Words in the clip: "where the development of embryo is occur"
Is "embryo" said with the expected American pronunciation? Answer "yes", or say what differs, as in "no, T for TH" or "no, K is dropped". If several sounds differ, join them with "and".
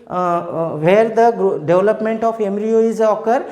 no, B is dropped